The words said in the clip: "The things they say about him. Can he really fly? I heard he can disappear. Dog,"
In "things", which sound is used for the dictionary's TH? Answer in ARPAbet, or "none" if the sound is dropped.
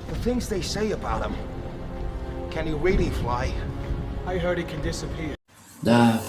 TH